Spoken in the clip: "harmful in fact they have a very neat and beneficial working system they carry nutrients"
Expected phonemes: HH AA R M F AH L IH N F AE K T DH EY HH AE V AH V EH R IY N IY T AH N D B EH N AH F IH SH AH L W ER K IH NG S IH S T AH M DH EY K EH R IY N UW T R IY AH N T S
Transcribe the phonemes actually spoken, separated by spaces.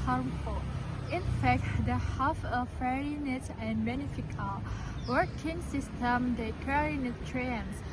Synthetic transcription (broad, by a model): HH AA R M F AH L IH N F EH K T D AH HH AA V AH F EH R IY N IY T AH N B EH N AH F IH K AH L W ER K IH NG S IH S T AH M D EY K EH R IY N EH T R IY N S